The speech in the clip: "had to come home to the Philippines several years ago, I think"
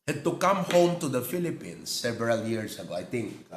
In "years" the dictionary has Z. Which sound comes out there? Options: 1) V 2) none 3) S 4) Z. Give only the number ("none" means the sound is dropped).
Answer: 3